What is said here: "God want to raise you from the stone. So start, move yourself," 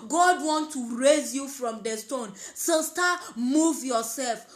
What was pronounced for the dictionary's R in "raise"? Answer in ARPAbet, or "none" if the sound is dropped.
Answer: R